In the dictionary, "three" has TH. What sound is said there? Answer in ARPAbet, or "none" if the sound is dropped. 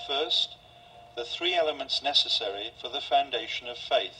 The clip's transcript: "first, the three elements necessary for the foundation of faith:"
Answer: TH